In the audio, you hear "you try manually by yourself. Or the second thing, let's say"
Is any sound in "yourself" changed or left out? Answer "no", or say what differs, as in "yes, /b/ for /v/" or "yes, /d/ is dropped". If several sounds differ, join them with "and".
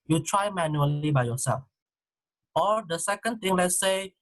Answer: yes, /l/ is dropped